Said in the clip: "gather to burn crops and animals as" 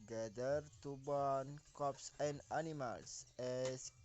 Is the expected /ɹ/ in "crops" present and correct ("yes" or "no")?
no